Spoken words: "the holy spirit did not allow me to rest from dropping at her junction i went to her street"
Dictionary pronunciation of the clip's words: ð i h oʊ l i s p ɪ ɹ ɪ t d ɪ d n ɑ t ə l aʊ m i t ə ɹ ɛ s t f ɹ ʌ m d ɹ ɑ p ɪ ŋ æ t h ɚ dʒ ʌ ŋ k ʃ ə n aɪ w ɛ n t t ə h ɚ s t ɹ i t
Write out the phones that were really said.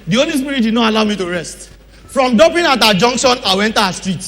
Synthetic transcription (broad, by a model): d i oʊ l i s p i ɹ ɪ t d ɪ d n ɑ t ə l aʊ m i t ə ɹ ɛ s t f ɹ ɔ m d ɑ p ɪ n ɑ t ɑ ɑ dʒ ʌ ŋ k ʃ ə n aɪ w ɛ n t t ə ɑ s t ɹ i t